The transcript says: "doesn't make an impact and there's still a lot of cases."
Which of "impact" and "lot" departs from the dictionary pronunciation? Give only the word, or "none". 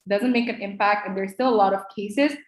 none